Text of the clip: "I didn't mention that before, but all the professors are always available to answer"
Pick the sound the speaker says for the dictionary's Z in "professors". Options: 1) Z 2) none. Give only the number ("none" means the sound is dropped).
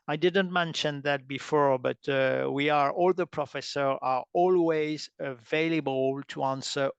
2